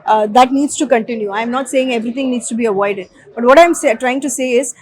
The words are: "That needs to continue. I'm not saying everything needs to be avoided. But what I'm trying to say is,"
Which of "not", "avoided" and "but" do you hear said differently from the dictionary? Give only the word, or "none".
none